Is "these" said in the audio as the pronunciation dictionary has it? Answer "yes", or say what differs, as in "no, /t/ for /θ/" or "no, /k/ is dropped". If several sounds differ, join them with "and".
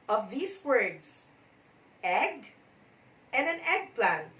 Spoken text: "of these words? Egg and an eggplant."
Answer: no, /s/ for /z/